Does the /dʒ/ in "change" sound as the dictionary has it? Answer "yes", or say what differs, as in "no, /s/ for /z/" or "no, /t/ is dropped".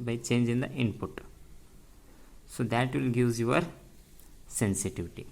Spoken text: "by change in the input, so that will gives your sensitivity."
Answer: yes